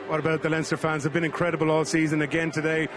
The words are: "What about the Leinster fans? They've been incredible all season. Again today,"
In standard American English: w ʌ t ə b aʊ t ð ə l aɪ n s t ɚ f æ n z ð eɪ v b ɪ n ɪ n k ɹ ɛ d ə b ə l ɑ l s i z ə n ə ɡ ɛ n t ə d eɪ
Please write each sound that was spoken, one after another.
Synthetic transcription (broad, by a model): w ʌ t ə b aʊ t ð ə l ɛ n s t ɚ f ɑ n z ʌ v b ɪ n ɪ n k ɹ ɛ d ə b ə l ɑ l s i z ə n ə ɡ ɛ n t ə d eɪ